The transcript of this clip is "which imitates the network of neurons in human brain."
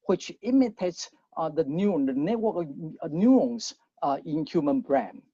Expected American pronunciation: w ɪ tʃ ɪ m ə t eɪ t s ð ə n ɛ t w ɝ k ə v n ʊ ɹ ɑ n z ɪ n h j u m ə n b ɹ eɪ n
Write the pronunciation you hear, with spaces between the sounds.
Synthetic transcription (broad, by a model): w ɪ tʃ ɪ m ə t eɪ t s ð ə n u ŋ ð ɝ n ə w n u ɑ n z ɪ n h j u m ə n b ɹ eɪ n